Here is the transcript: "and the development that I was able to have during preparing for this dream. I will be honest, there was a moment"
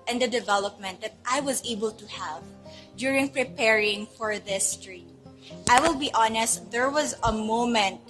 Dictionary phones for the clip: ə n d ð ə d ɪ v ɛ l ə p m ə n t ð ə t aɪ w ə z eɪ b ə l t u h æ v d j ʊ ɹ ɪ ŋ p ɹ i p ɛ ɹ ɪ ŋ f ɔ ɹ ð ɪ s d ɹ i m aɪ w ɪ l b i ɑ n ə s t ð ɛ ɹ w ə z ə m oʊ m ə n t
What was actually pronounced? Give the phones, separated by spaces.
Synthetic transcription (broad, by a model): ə n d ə d ɪ v ɛ l ə p m ə n t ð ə t aɪ w ə z eɪ b ə l t u h æ v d j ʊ ɹ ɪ ŋ p ɹ i p ɛ ɹ ɪ ŋ f ɔ ɹ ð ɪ s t ɹ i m aɪ w ɪ l b i ɑ n ə s t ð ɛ ɹ w ə z ə m oʊ m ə n t